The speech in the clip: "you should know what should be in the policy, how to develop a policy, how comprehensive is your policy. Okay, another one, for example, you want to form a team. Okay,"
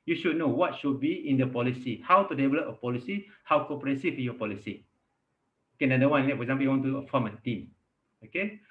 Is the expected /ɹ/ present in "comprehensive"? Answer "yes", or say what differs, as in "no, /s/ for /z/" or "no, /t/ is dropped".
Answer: no, /ɹ/ is dropped